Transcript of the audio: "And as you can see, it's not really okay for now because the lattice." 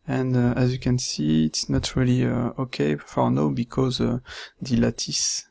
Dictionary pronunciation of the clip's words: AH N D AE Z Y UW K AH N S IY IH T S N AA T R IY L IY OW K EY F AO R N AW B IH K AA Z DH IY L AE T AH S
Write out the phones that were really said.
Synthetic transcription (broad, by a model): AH N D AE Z Y UW K AH N S IY IH T S N AA T R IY L IY OW K EY F AO R N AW B IH K AA Z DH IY L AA T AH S